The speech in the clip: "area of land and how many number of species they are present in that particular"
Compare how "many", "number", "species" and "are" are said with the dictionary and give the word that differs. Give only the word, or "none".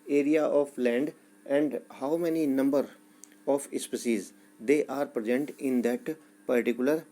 species